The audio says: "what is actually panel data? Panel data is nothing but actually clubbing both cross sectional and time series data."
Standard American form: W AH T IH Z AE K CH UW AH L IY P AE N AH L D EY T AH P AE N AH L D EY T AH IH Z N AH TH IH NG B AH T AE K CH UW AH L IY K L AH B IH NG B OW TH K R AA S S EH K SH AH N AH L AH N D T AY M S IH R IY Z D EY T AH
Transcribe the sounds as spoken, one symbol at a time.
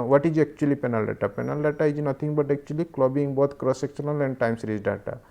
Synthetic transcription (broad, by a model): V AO T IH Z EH K CH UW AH L IY P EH N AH L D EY T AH P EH N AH L D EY T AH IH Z N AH T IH NG B AH T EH K CH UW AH L IY K L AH B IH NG B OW T K R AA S S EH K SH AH N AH L AH N D T AY M S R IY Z D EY T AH